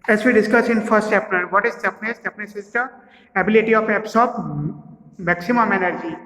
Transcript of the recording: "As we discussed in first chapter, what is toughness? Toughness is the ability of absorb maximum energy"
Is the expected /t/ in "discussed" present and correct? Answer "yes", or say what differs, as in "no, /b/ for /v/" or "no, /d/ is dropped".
no, /t/ is dropped